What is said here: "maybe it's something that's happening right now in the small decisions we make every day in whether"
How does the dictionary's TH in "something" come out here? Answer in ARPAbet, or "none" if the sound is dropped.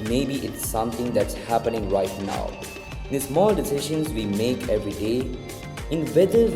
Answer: T